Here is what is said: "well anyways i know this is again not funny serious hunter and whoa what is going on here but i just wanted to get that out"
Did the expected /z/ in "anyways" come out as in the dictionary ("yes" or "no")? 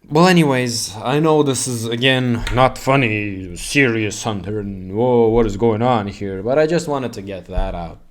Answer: yes